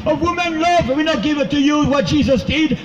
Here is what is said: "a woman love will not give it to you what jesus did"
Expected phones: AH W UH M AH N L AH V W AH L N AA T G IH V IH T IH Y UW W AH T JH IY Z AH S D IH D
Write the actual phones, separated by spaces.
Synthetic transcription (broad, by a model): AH W UH M AH N L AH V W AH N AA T G IH V IH T IH Y UW W AH T JH IY Z AH S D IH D